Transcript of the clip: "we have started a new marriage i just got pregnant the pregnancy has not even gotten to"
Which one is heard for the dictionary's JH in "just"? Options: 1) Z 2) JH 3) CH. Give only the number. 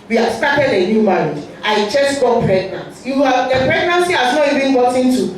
3